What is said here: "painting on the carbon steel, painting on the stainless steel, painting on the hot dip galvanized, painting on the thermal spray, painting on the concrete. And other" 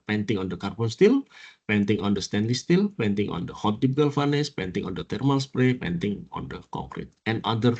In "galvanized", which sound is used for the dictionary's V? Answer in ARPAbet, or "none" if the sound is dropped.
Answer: F